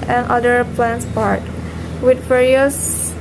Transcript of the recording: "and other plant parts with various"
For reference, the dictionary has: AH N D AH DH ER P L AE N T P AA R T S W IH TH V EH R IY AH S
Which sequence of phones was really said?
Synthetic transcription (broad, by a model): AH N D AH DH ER P L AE N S P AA R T W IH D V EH R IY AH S